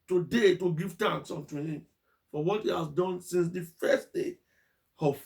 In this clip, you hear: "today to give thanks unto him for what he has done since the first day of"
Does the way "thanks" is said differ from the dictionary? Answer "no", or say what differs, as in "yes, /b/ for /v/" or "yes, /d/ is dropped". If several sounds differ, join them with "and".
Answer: yes, /t/ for /θ/